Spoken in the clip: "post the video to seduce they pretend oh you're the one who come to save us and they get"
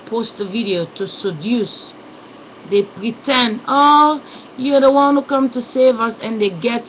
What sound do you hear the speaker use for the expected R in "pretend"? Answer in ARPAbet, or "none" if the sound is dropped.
R